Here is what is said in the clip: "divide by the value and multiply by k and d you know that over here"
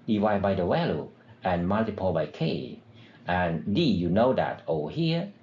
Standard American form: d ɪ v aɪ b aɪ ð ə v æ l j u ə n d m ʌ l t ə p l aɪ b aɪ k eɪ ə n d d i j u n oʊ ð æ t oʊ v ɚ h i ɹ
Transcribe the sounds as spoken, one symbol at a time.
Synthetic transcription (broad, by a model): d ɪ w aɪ b aɪ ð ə w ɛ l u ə n m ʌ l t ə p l b aɪ k eɪ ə n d d i j u n oʊ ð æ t oʊ ʊ h i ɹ